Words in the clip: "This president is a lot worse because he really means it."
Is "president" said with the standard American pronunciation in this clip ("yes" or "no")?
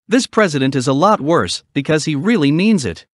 yes